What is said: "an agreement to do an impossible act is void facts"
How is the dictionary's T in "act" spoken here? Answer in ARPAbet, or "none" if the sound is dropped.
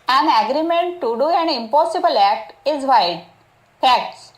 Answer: T